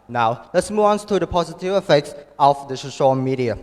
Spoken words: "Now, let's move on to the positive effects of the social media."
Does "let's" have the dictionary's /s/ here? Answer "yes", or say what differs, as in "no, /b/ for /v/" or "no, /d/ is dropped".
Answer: yes